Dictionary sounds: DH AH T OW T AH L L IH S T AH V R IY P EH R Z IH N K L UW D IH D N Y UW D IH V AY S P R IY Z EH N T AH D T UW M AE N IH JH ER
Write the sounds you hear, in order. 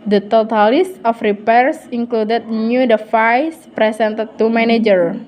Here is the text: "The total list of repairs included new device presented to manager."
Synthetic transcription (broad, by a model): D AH T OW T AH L L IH S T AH F R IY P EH R S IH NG K L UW D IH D N Y UW D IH F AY S P R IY S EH N T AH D T UW M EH N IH JH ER